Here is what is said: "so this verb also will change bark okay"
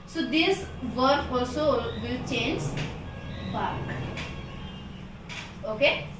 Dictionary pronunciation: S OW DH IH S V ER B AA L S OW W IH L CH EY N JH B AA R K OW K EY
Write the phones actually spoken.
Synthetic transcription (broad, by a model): S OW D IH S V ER AA L S OW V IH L CH EY N JH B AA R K OW K EY